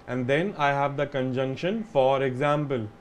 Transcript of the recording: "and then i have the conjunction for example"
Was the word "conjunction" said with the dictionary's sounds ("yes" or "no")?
yes